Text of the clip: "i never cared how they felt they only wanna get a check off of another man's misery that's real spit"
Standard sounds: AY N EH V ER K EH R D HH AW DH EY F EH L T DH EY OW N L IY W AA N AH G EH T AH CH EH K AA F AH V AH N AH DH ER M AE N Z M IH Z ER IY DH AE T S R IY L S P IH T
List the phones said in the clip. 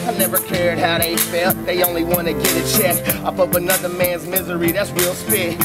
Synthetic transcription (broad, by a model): AY N EH V ER K EH R D HH AW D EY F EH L DH EY OW N L IY W AA N AH G EH T AH CH EH K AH P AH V AH N AH DH ER M AE N Z M IH Z ER IY DH AE T S R IY L S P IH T